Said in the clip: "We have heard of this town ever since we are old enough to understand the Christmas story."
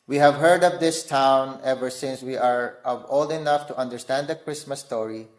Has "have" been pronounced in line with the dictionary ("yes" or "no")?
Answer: yes